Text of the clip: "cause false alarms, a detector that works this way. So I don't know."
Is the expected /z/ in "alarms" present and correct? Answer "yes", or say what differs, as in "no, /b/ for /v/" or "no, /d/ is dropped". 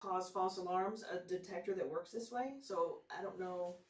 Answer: yes